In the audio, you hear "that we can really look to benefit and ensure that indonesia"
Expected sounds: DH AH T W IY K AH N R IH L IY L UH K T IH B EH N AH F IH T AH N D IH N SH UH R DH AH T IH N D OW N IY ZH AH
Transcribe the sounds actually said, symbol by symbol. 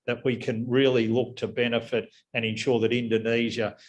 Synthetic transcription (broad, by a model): DH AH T W IY K AH N R IH L IY L UH K T IH B EH N AH F IH T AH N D IH N SH UH R DH AH T IH N D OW N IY ZH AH